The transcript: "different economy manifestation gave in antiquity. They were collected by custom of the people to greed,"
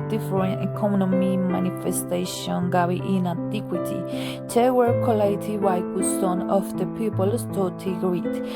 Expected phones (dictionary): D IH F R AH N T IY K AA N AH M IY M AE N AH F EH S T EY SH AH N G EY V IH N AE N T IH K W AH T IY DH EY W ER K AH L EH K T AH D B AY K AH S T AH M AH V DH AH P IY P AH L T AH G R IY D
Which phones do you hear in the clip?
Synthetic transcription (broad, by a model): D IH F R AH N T IY K AA N AH M IY M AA N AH F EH S T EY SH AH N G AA W IH N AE N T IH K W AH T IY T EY W ER K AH L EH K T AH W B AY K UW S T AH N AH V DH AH P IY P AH L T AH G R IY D